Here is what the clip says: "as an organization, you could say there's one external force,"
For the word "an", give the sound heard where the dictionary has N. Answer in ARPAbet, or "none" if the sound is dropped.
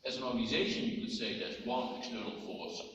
N